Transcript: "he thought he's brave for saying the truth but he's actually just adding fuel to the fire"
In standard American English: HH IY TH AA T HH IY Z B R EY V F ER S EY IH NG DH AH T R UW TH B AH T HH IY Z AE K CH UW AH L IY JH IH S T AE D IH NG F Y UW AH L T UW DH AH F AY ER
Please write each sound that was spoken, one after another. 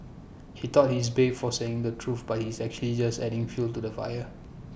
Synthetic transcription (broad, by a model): HH IY T AA T HH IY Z B EY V F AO S EY IH NG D AH T R UW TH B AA T HH IY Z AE K CH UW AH L IY JH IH S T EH D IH NG F Y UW L T UW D AH F AY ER